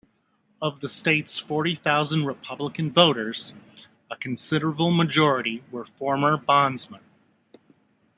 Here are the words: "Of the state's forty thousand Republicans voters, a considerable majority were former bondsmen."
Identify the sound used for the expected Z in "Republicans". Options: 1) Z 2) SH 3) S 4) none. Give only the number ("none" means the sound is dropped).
4